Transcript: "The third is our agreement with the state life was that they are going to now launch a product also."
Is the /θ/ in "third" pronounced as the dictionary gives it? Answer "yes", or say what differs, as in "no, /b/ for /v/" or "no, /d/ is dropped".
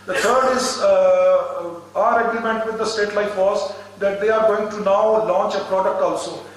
no, /t/ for /θ/